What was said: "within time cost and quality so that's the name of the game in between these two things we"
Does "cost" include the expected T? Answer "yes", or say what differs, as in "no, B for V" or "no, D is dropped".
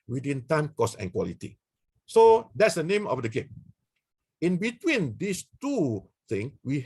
no, T is dropped